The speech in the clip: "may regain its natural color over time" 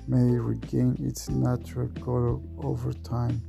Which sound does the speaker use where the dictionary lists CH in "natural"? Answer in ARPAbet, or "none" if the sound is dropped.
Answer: CH